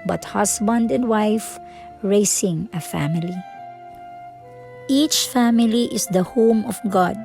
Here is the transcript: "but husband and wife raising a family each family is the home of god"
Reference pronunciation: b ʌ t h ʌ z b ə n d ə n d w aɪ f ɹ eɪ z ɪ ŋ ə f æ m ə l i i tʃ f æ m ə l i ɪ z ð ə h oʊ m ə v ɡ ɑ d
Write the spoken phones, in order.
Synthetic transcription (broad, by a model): b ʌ t h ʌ s b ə n d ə n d w aɪ f ɹ eɪ s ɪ ŋ ə f æ m ə l i i tʃ f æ m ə l i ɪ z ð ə h oʊ m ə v ɡ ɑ d